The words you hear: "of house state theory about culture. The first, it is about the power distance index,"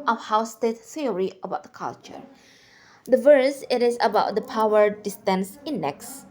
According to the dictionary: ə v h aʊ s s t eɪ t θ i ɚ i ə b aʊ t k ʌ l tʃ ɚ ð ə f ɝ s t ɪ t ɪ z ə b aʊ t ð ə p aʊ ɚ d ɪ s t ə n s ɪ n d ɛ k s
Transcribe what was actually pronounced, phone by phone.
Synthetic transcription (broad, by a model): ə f h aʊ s s t eɪ t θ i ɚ i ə b aʊ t k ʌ l tʃ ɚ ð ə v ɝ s ɪ t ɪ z ə b aʊ t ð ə p aʊ ɚ d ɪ s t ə n s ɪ n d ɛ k s